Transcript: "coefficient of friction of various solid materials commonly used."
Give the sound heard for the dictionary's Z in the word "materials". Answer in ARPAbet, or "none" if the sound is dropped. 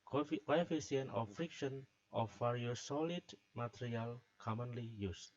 none